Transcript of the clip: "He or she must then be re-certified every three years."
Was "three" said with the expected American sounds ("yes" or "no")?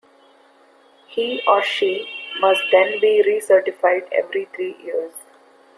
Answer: no